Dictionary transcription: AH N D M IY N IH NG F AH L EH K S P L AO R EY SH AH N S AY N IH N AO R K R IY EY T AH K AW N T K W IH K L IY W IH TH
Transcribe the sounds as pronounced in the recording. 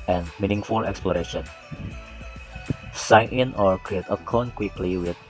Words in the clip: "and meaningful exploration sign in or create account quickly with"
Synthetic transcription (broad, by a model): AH N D M IY N IH NG F AH L EH K S P L AO R EY SH AH N S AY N IH N AO R K R IY EY T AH K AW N K W IH K L IY W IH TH